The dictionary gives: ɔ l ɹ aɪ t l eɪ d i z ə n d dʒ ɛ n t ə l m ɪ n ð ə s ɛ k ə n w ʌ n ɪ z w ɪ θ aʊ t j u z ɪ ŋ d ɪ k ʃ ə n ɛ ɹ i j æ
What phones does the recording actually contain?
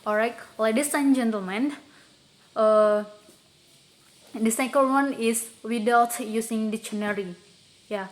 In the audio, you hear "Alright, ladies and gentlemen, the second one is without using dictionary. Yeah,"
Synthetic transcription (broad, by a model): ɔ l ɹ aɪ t l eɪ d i s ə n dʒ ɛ n t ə l m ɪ n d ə s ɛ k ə l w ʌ n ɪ s w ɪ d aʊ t j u s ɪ ŋ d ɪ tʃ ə n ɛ ɹ i j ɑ